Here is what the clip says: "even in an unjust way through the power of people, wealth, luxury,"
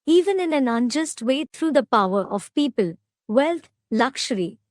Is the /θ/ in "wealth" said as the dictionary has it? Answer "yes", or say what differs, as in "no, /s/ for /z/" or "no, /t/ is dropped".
no, /t/ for /θ/